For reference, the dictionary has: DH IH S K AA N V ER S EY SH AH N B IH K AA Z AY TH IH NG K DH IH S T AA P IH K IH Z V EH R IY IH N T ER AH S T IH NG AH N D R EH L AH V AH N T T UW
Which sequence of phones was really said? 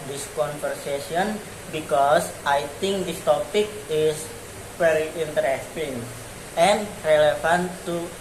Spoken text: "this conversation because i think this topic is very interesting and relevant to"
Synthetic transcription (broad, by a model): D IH S K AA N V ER S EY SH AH N B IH K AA S AY T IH NG K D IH S T AA P IH K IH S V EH R IY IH N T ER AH S T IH NG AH N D R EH L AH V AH N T T UW